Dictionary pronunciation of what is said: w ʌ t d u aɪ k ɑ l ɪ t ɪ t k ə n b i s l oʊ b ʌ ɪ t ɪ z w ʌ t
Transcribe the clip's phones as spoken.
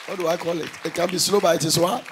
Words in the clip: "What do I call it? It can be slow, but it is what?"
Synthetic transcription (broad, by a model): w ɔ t d u aɪ k ɑ l ɪ t ɪ t k ə n b i s l oʊ b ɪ ɪ t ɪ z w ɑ